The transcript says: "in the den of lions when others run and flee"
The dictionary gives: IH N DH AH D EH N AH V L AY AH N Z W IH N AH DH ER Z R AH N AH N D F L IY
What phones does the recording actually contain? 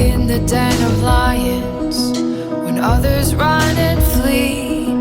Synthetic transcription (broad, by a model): IH N DH AH D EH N AH V L AY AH N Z W IH N AH DH ER Z R AH N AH N F L IY